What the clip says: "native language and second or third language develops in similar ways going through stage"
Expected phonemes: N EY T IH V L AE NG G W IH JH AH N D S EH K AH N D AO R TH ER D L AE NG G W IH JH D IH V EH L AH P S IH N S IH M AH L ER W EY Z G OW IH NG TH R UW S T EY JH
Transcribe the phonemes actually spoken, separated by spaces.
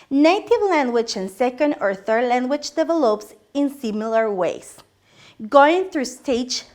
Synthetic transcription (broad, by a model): N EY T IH V L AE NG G W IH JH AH N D S EH K AH N D AO R TH ER D L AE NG G W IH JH D IH V EH L AH P S IH N S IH M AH L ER W EY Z G OW IH NG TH R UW S T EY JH